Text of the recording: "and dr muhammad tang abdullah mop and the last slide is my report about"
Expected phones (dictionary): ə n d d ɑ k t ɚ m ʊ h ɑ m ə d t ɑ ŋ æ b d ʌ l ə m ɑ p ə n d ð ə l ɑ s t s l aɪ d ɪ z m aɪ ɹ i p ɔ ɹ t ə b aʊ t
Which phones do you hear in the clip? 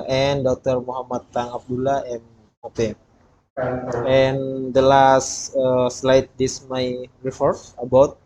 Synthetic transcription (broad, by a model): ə n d d ɑ k t ɚ m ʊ h ɑ m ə t ɑ ŋ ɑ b d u l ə m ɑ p ə n d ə l ɑ s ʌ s l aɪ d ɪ s m aɪ ɹ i f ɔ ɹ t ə b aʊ t